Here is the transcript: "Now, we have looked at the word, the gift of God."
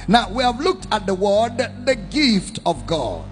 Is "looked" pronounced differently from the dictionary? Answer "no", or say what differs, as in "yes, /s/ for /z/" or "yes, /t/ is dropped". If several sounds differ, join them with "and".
no